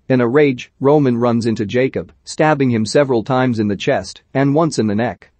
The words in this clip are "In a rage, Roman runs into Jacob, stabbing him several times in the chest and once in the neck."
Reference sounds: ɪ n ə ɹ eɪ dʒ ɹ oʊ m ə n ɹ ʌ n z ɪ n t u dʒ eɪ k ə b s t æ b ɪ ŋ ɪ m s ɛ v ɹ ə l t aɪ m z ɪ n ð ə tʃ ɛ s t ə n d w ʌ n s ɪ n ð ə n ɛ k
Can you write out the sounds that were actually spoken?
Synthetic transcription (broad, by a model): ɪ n ə ɹ eɪ dʒ ɹ oʊ m ə n ɹ ʌ n z ɪ n t u dʒ eɪ k ə b s t æ b ɪ ŋ ɪ m s ɛ v ɹ ə l t aɪ m z ɪ n ð ə tʃ ɛ s t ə n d w ʌ n s ɪ n ð ə n ɛ k